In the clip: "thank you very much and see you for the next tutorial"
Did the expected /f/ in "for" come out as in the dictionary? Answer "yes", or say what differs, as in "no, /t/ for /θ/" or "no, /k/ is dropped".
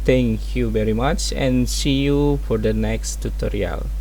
yes